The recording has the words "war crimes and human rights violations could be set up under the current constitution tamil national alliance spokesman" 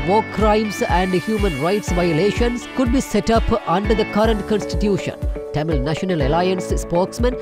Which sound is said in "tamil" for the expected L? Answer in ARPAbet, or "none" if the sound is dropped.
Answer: L